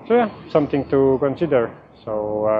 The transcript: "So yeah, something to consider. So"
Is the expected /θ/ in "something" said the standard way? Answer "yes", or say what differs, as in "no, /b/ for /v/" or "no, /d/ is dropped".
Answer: no, /t/ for /θ/